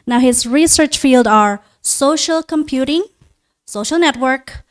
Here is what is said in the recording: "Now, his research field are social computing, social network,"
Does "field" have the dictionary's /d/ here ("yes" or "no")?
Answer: yes